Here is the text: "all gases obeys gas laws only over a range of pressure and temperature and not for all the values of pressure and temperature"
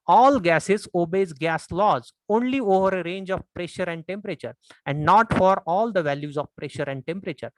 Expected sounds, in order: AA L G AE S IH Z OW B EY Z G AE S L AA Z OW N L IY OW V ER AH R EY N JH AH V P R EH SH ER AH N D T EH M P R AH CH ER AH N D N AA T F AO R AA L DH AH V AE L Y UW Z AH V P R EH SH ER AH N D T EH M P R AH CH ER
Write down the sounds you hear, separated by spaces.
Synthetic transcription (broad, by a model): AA L G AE S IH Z OW B EY Z G AE S L AA Z OW N L IY OW V ER AH R EY N JH AH V P R EH SH ER AH N D T EH M P R AH CH ER AH N D N AA T F AO R AA L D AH V AE L Y UW Z AH V P R EH SH ER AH N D T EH M P R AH CH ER